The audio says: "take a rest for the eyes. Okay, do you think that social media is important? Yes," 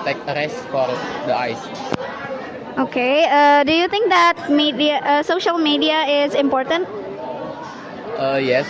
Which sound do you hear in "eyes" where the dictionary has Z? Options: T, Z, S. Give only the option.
S